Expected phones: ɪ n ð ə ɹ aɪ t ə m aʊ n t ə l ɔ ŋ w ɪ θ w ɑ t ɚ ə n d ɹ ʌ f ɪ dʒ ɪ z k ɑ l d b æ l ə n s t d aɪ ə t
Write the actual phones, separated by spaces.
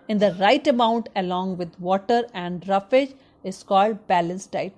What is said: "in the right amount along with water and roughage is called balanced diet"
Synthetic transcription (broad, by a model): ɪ n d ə ɹ aɪ t ə m aʊ n t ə l ɔ ŋ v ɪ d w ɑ t ɚ ə n d ɹ ʌ f ɪ dʒ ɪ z k ɑ l d b æ l ə n s t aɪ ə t